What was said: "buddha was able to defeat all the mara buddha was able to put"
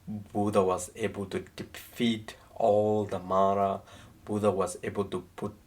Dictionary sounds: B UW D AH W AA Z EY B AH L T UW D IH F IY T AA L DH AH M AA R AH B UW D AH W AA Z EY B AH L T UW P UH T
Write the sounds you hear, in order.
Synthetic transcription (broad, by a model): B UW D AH W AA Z EY B AH L T UW D IH F IY T AA L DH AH M AA R AH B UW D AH W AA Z EY B AH L T UW P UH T